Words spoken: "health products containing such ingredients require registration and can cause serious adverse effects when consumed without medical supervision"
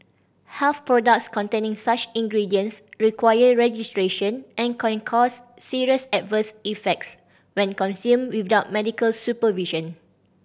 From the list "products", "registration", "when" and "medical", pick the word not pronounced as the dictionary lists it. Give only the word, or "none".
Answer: none